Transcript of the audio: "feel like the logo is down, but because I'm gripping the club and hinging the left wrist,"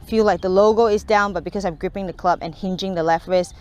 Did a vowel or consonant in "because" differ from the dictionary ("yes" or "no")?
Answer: yes